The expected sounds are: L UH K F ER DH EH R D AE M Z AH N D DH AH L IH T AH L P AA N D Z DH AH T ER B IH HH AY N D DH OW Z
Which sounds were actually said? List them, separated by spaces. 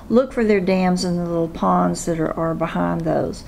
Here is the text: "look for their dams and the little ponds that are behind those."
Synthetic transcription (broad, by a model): L UH K F ER DH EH R D AE M Z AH N DH AH L IH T L P AA N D Z DH AH T ER B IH HH AY N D DH OW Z